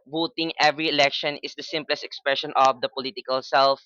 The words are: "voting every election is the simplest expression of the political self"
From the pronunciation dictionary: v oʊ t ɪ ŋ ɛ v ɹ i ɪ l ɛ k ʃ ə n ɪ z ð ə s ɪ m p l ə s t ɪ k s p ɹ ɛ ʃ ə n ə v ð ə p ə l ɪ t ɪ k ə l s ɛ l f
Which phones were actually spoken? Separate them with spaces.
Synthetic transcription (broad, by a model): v oʊ t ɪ ŋ ɛ v ɹ i ɪ l ɛ k ʃ ə n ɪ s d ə s ɪ m p l ə s t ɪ k s p ɹ ɛ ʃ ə n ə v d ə p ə l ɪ t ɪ k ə l s ɛ l f